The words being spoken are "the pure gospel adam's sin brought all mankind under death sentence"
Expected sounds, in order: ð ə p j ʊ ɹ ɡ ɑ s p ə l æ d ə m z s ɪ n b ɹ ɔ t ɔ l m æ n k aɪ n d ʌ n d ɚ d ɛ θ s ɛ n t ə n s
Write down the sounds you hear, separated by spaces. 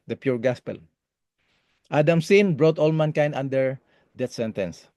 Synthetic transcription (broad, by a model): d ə p j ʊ ɹ ɡ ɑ s p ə l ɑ d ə m s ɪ n b ɹ ɔ t ɔ l m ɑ n k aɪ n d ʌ n d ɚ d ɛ t s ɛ n t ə n s